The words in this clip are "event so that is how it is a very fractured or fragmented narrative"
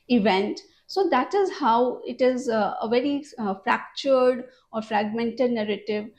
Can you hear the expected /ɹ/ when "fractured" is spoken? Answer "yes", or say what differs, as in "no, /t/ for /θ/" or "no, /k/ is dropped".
yes